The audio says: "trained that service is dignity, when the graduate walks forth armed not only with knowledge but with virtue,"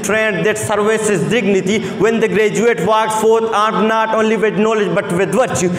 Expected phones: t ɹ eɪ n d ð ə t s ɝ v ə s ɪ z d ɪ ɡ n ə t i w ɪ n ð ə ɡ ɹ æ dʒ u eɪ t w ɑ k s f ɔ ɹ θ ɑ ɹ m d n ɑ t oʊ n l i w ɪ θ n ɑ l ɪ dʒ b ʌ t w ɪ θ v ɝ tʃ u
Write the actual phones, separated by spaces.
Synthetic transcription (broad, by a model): t ɹ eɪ n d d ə t s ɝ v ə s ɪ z d ɪ ɡ n ə t i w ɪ n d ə ɡ ɹ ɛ dʒ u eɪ t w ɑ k f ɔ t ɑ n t n ɑ t oʊ n l i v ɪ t n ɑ l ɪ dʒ b ʌ t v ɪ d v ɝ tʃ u